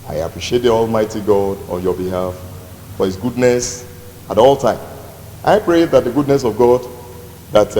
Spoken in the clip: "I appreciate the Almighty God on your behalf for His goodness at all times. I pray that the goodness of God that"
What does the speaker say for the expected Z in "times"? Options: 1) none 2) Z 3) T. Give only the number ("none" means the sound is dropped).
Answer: 1